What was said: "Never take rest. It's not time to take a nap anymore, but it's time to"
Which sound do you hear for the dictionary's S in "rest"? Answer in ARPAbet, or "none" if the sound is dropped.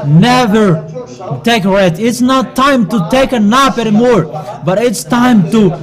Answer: none